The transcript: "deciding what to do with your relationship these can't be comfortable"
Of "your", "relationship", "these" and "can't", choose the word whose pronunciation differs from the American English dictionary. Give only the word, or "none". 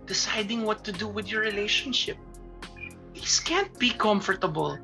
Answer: these